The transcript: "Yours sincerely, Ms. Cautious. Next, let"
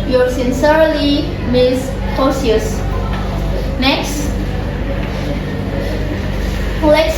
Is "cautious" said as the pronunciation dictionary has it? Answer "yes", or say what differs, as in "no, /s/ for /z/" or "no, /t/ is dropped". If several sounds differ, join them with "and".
no, /s/ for /ʃ/